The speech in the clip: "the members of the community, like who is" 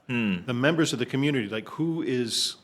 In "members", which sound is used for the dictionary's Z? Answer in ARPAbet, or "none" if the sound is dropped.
Z